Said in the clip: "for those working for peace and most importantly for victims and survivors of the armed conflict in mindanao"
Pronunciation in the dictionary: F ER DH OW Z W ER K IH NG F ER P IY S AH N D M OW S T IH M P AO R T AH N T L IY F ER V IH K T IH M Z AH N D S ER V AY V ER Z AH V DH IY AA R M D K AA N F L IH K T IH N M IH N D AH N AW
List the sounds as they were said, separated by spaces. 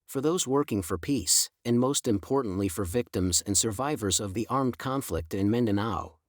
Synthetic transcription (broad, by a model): F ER DH OW Z W ER K IH NG F ER P IY S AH N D M OW S T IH M P AO R T N T L IY F ER V IH K T IH M Z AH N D S ER V AY V ER Z AH V DH IY AA R M D K AA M F L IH K T IH N M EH N D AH N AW